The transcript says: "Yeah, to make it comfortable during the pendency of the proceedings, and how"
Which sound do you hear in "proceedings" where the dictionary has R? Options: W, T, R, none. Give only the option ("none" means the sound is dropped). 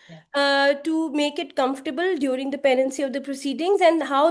R